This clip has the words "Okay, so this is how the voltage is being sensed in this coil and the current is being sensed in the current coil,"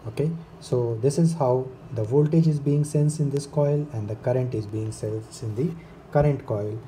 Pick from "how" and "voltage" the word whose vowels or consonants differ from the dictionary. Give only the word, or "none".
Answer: none